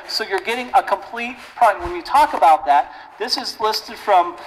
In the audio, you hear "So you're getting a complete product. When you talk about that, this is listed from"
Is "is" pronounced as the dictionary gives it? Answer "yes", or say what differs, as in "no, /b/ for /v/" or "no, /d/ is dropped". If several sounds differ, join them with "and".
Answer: yes